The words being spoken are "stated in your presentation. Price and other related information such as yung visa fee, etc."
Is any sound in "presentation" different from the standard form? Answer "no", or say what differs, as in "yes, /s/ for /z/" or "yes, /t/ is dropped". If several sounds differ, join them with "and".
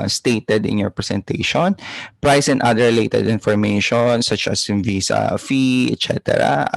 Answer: yes, /s/ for /z/